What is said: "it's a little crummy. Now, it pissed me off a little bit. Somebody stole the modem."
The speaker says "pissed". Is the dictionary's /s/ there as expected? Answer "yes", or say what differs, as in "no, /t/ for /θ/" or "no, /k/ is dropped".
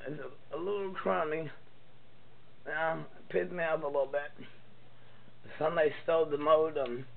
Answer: no, /s/ is dropped